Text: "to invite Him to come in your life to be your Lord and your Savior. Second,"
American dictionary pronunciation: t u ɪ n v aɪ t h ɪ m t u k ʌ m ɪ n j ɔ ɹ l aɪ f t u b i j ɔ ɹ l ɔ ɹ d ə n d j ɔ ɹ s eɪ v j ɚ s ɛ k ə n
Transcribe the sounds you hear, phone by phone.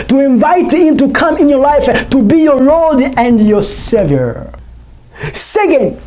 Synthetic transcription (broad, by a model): t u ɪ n v aɪ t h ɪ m t u k ʌ m ɪ n j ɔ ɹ l aɪ f t u b i j ɔ ɹ ɔ l d ə n d j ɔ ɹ s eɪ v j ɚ s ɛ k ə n